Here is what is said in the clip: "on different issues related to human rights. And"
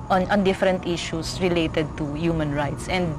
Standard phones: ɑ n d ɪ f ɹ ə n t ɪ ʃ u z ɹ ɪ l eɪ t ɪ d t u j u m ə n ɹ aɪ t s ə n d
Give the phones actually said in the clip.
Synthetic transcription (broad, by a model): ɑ n d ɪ f ɹ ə n t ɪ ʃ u s ɹ ɪ l eɪ t ɪ d t u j u m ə n ɹ aɪ t s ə n d